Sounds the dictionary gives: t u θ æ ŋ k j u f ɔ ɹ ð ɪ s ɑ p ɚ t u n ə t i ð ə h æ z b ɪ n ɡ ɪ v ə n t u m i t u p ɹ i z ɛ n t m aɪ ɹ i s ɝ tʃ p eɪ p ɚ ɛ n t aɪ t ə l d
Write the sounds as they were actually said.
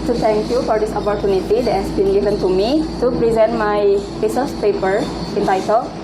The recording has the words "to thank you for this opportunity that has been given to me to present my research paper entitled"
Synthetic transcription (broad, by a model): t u t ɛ ŋ k j u f ɔ ɹ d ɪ s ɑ p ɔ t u n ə t i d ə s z b ɪ n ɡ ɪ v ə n t u m i t u p ɹ i z ɛ n t m aɪ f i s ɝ s p eɪ p ɚ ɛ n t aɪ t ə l